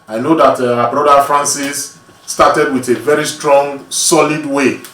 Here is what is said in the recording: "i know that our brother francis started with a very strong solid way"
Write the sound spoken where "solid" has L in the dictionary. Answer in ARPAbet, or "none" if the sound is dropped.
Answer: L